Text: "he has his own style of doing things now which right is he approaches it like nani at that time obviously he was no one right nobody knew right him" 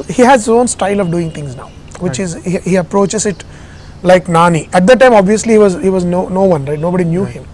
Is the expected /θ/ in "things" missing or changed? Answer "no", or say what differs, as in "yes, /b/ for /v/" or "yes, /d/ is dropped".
yes, /t/ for /θ/